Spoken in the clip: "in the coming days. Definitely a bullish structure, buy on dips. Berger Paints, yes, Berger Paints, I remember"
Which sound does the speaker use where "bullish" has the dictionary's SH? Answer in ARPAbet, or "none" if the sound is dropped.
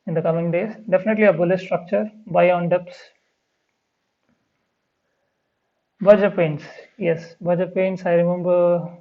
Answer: S